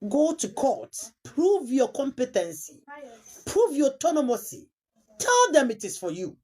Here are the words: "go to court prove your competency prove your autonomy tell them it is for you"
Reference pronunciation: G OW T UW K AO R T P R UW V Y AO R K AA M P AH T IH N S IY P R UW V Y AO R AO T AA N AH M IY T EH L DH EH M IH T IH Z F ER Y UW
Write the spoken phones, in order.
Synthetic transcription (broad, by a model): G OW T UW K AO T P R UW V Y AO K AA M P AH T IH N S IY P R UW V Y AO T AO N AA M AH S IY T EH L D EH M IH T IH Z F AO Y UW